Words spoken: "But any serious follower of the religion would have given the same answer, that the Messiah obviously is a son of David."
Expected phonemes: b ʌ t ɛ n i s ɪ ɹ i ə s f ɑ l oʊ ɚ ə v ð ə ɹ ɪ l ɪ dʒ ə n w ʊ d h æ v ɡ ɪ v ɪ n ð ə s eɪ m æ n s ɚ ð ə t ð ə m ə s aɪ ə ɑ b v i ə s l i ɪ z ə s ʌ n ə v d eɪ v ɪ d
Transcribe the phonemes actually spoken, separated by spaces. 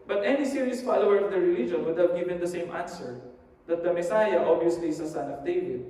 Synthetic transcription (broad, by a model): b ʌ t ɛ n i s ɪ ɹ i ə s f ɑ l oʊ ɚ ə v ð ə ɹ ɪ l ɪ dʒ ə n w ʊ d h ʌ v ɡ ɪ v ɪ n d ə s eɪ m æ n s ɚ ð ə t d ə m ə s aɪ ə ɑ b i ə s l i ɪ s ə s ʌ n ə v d eɪ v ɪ d